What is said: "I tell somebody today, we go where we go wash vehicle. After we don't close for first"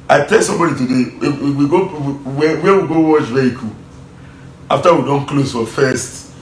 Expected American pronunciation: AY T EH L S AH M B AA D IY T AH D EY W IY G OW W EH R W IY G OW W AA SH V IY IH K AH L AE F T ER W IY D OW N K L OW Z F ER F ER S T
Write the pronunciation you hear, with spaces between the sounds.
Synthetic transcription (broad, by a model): AY T EH L S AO M B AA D IY T AH D EY W IY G OW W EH W W IY G OW W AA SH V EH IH K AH L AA F T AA W IY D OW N K L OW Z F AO F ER S T